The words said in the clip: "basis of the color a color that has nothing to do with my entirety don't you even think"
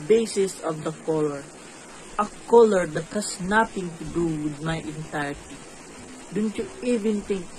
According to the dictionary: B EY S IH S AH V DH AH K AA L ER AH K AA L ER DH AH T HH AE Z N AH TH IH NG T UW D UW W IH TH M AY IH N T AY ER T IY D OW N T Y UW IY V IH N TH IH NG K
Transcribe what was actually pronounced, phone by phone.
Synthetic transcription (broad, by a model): B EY S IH S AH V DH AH K AA L ER AH K AA L ER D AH T HH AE S N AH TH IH NG T UW D UW W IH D M AY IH N T AY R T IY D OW N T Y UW IY V IH N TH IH NG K